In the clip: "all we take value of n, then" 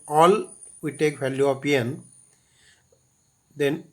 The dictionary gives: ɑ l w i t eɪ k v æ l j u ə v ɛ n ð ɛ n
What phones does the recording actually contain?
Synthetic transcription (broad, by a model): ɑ l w i t eɪ k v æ l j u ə p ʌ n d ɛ n